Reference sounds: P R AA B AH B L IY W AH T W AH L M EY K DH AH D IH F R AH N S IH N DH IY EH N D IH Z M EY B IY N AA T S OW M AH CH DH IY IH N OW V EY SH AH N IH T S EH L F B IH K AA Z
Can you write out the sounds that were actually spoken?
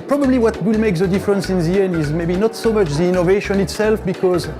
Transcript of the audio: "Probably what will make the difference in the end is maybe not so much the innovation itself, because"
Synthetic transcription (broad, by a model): P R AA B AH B L IY W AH T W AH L M EY K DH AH D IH F R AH N S IH N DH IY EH N IH Z M EY B IY N AA T S OW M AH CH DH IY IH N OW V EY SH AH N IH T S EH L F B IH K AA Z